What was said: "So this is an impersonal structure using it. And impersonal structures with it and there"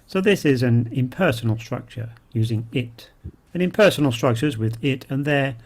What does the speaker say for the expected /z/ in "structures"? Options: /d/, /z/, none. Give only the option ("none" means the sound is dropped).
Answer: /z/